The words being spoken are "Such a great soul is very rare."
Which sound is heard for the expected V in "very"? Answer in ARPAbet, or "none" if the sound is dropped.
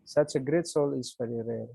F